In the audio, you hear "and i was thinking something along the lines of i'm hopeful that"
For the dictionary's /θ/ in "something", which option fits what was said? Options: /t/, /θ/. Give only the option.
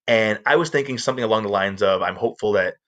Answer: /θ/